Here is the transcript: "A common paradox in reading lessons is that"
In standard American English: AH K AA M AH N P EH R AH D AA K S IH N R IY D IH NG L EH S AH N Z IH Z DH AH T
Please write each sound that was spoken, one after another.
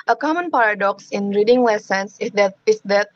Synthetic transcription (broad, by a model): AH K AA M AH N P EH R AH D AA K S IH N R IY D IH NG L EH S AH N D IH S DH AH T